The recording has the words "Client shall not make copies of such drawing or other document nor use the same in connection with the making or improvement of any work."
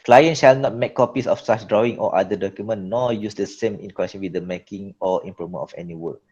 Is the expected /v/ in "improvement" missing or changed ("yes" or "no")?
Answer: yes